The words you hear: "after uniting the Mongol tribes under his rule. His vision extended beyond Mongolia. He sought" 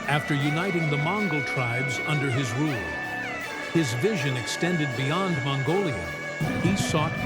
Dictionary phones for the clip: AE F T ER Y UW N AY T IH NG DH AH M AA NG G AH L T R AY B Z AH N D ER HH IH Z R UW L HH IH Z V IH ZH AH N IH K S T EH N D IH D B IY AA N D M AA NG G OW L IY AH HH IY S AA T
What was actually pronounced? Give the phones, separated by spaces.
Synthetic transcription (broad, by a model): AE F T ER Y UW N AY T IH NG DH AH M AA NG G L T R AY B Z AH N D ER IH Z R UW L HH IH Z V IH ZH AH N IH K S T EH N D IH D B IY AA N D M AA NG G OW L IY AH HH IY S AA T